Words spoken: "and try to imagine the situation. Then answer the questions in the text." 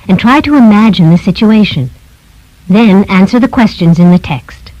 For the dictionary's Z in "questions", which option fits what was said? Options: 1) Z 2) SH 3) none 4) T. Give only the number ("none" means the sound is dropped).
1